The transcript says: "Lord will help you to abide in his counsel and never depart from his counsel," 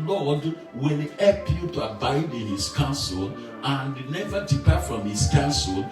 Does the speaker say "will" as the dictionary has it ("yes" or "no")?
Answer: no